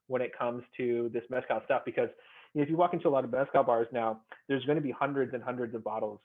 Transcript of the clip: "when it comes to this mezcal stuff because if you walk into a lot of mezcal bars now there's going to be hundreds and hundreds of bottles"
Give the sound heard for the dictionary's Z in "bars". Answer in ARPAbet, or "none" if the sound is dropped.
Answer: Z